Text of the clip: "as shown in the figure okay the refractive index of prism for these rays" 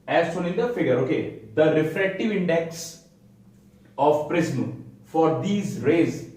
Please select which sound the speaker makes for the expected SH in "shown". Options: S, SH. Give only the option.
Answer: S